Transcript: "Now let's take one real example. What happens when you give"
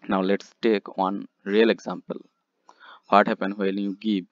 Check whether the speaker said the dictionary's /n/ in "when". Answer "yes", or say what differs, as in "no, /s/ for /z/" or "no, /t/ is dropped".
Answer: no, /l/ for /n/